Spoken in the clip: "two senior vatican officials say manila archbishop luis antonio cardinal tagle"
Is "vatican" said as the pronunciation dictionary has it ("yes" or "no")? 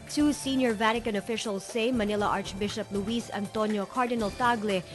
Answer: yes